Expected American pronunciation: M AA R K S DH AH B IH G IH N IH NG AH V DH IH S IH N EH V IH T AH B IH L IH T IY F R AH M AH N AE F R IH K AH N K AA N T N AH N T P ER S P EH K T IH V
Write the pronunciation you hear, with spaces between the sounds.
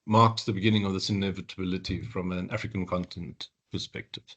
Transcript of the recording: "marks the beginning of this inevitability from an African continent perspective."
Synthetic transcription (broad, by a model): M AA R K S DH AH B IH G IH N IH NG AH V DH IH S IH N EH V IH T AH B IH L IH T IY F R AH M AH N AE F R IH K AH N K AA N T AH N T P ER S P EH K T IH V